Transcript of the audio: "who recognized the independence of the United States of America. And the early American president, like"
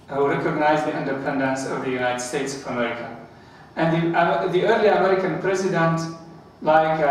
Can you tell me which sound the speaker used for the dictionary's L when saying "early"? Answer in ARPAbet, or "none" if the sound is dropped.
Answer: L